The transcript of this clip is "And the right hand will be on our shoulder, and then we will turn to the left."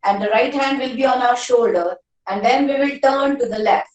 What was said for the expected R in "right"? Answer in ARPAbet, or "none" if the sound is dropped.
R